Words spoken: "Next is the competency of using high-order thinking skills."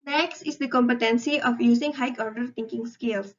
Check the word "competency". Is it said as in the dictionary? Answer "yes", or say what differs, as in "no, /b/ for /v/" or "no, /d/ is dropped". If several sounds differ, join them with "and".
yes